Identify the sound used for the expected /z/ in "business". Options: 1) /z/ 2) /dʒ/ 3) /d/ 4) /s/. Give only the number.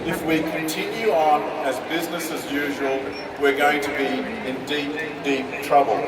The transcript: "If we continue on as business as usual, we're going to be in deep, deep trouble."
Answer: 1